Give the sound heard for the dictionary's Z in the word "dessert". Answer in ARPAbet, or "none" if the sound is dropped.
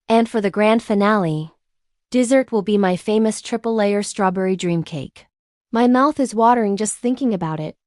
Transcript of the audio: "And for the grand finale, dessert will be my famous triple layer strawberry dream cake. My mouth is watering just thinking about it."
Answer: Z